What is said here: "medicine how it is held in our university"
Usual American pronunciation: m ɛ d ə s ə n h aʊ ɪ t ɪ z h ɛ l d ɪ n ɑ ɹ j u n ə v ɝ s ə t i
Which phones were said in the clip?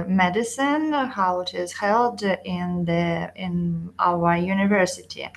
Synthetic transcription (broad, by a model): m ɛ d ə s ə n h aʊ ɪ t ɪ z h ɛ l d ɪ n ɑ w j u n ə v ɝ s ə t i